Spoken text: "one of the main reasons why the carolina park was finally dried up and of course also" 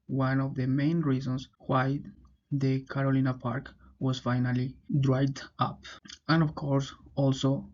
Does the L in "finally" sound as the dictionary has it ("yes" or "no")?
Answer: yes